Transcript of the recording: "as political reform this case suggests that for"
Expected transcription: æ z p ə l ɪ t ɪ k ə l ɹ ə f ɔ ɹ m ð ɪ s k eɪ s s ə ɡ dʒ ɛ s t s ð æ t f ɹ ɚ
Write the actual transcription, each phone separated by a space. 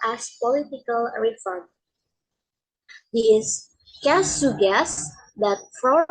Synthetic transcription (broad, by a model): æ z p ə l ɪ t ɪ k ə l ɹ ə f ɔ ɹ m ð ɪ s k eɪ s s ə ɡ ɛ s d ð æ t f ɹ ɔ